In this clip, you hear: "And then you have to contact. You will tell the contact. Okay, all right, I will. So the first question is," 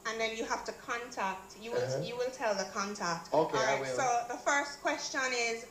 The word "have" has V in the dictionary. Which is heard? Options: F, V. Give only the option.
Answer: F